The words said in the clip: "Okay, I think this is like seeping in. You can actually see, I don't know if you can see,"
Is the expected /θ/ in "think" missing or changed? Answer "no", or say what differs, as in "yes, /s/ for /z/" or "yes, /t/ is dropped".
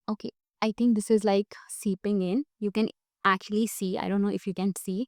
yes, /t/ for /θ/